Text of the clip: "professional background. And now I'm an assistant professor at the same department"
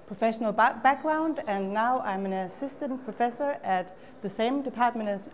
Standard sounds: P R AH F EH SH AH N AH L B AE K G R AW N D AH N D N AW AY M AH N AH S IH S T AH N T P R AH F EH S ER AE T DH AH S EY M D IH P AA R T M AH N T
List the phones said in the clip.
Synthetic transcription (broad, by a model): P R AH F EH SH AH N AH L B AE K G R AW N D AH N N AW AY M AH N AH S IH S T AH N P R AH F EH S ER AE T DH AH S EY M D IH P AA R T M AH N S